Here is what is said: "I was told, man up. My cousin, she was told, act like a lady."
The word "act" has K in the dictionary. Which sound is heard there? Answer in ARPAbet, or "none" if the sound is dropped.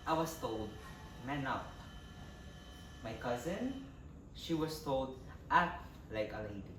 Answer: none